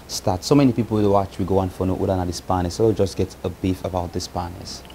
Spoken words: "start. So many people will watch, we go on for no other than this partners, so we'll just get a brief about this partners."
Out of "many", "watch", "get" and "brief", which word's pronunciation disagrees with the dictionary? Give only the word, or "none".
brief